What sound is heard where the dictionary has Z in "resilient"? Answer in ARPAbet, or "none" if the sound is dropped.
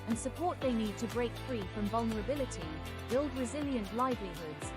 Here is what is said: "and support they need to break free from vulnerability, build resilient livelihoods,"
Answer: Z